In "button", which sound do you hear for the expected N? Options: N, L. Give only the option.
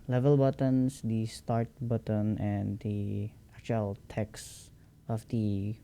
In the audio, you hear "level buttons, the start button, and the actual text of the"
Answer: N